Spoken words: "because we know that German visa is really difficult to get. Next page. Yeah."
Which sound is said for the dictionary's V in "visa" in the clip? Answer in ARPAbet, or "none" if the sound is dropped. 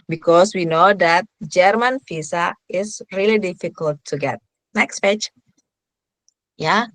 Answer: F